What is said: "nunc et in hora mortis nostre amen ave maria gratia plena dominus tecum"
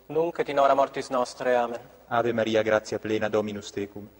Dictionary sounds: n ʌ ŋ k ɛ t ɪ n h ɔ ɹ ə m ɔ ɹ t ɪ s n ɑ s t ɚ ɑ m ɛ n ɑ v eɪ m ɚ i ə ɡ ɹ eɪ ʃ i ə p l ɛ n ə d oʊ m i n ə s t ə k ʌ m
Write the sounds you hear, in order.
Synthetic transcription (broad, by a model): n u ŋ k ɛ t ɪ n ɔ ɹ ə m ɔ ɹ t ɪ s n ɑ s t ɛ ɑ m ɛ n ɑ v eɪ m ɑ i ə ɡ ɹ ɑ s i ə p l ɛ n ə d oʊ m i n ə s t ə k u m